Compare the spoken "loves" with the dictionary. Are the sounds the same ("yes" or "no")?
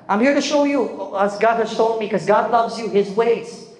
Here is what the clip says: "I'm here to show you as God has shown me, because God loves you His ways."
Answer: yes